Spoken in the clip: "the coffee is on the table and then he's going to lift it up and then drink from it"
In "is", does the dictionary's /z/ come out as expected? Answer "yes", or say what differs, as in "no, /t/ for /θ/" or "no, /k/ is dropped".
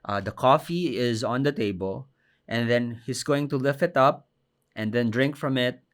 yes